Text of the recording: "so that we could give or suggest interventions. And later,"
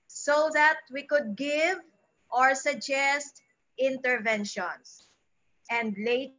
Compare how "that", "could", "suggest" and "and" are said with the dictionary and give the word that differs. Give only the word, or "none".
none